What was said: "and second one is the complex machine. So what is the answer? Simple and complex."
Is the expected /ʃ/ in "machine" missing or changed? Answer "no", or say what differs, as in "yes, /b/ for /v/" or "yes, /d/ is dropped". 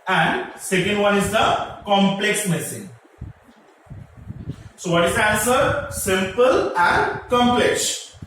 yes, /s/ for /ʃ/